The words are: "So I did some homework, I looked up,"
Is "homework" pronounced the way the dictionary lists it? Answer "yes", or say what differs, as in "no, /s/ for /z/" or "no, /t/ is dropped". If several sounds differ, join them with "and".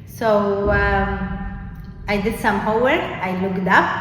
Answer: no, /m/ is dropped